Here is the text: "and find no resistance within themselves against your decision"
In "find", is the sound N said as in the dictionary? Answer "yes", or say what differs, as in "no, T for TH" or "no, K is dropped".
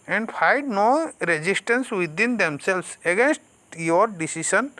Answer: no, N is dropped